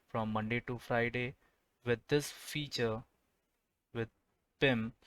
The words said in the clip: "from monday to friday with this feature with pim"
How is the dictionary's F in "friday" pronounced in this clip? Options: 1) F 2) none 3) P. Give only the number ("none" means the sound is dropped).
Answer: 1